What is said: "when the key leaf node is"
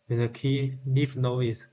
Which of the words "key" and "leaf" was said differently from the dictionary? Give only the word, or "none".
leaf